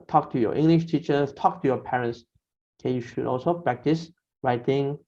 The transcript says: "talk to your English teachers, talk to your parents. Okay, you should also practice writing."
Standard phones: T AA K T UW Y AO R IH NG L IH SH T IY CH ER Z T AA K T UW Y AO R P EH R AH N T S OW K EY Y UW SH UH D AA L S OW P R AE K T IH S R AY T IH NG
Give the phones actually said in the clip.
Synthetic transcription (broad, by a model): T AA K T UW Y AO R IH NG L IH SH T IY CH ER T AA K T UW Y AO P EH R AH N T S K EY Y UW SH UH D AA L S OW P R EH K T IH S R AY T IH NG